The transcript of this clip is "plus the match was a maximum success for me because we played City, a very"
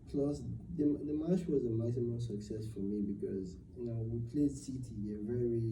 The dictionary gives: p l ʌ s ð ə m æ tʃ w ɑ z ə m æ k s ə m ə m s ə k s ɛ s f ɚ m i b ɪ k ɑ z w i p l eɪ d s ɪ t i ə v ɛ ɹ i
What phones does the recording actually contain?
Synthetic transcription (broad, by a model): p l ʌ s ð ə m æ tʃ w ɑ z ə m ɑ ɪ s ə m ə s ə k s ɛ s f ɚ m i b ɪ k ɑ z w i p l eɪ d s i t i ə v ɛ ɹ i